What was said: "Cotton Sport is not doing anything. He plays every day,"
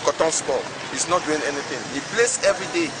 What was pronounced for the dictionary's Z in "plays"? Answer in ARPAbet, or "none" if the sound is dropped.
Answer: S